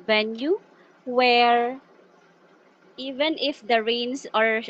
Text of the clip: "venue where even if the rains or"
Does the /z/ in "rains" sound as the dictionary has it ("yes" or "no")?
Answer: no